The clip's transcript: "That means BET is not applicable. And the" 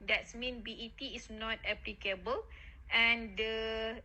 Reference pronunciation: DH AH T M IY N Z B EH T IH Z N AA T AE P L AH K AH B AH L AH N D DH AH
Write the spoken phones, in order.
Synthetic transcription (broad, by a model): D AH T M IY N B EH T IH S N AA T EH P L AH K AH B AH L AH N D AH